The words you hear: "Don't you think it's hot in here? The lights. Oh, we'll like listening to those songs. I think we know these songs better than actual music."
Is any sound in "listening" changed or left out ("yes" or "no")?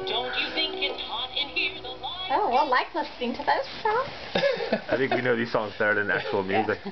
yes